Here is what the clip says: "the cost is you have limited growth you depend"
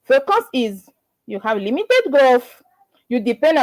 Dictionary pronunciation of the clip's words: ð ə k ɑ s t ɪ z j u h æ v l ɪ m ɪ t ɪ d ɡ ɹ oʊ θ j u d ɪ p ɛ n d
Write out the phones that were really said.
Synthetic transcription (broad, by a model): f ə k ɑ s ɪ z j u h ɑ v l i m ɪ t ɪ d ɡ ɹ oʊ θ j u d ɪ p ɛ n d